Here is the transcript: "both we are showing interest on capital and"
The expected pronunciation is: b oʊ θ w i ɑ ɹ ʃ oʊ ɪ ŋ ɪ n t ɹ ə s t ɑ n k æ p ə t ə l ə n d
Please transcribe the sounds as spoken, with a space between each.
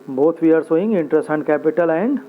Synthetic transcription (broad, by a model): b oʊ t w i ɑ ɹ s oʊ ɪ ŋ ɪ n t ɹ ə s t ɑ n k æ p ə t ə l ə n d